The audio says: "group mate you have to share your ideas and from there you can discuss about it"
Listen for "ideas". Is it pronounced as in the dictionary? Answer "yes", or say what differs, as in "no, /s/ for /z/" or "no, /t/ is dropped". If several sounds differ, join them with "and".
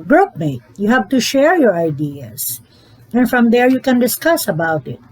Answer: no, /s/ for /z/